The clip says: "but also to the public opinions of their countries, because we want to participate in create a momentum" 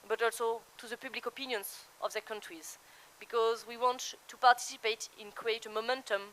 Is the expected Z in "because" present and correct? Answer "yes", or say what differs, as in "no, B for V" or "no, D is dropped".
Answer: yes